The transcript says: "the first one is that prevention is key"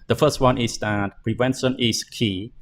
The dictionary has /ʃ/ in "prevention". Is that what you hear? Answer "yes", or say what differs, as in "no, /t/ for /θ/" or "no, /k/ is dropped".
no, /s/ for /ʃ/